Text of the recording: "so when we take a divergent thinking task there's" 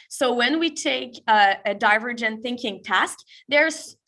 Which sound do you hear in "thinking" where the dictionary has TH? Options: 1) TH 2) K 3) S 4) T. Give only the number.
1